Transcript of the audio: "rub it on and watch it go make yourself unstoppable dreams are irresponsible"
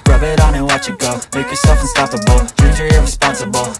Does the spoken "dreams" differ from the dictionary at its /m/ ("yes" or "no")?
yes